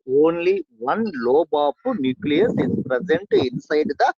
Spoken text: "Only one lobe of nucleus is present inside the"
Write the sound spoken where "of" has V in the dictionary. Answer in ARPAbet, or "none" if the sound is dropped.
P